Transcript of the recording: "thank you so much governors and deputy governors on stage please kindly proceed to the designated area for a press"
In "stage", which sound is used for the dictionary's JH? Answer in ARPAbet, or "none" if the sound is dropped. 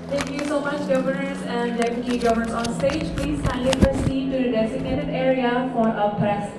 JH